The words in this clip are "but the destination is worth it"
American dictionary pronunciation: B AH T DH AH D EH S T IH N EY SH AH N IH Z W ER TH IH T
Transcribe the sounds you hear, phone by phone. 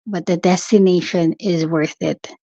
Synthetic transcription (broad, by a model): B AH T DH AH D EH S T IH N EY SH AH N IH Z W ER TH IH T